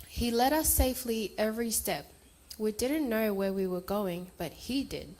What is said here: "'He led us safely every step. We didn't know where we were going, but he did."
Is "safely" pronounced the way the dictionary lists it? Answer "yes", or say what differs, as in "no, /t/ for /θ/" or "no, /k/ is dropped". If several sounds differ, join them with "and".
yes